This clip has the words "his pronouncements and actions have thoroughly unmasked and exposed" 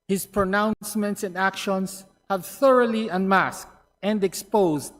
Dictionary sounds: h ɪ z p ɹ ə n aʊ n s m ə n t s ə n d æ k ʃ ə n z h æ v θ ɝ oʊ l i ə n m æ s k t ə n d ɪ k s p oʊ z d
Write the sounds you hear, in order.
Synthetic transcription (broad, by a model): h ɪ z p ɹ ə n aʊ n s m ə n t s ə n d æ k ʃ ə n s h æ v θ ɝ oʊ l i ə n m æ s k t ə n d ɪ k s p oʊ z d